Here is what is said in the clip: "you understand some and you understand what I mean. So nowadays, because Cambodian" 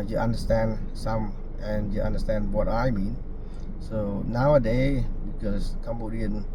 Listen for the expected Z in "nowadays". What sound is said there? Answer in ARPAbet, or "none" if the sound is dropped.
none